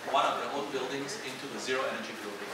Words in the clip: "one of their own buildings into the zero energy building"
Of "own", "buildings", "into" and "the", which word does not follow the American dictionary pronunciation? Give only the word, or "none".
own